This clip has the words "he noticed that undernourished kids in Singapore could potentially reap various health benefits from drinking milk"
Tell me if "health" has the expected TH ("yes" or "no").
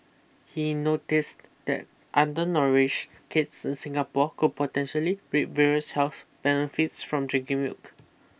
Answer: no